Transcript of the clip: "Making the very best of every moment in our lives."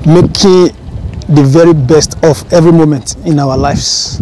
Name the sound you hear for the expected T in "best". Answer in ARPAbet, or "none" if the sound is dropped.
T